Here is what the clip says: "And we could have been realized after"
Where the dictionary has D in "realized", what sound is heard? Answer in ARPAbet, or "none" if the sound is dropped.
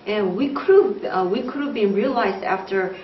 D